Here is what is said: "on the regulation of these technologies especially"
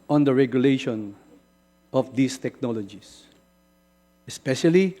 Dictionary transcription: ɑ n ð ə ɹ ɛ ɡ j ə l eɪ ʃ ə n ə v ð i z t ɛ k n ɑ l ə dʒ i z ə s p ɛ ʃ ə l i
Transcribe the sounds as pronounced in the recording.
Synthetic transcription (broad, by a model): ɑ n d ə ɹ ɛ ɡ j ə l eɪ ʃ ə n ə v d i s t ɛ k n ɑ l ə dʒ i s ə s p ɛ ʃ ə l i